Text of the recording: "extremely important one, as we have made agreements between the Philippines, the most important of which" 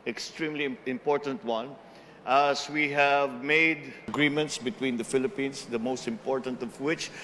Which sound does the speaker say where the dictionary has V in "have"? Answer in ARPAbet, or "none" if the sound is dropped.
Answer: V